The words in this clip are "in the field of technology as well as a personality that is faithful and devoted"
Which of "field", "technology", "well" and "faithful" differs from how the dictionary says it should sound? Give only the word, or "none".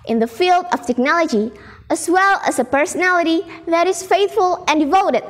none